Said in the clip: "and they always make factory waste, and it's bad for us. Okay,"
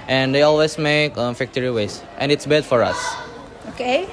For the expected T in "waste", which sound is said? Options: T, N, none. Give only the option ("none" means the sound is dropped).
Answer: T